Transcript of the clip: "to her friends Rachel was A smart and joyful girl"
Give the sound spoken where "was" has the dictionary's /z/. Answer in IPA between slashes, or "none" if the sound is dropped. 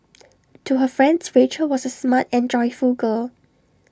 /s/